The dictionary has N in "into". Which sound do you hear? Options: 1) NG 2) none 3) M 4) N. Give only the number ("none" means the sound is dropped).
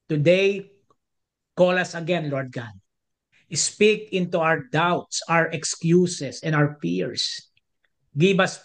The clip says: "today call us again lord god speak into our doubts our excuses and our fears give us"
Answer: 4